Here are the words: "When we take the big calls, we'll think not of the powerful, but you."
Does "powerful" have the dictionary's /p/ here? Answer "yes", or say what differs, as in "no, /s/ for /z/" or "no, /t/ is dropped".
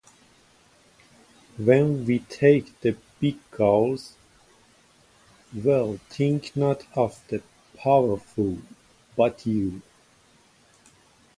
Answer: yes